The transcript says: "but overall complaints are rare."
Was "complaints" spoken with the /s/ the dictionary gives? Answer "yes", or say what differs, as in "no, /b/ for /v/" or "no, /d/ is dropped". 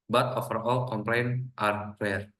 no, /s/ is dropped